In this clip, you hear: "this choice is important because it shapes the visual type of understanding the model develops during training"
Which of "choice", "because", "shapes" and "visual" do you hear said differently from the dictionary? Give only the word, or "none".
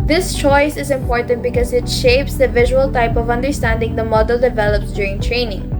none